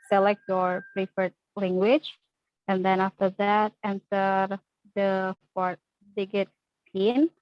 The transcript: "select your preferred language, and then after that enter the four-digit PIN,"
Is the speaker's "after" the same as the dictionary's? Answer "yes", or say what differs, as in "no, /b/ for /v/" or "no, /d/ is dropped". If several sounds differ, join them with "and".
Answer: yes